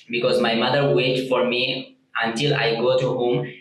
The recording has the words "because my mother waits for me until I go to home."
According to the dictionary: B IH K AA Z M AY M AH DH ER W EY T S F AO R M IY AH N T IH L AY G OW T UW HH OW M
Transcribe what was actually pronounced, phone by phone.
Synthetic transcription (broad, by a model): B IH K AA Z M AY M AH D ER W EY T F AO R M IY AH N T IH L AY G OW T UW HH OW M